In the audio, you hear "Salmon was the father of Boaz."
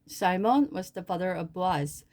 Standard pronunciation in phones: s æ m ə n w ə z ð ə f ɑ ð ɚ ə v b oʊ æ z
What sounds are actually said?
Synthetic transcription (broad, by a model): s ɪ m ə n w ə z ð ə f ɑ ð ɚ ə v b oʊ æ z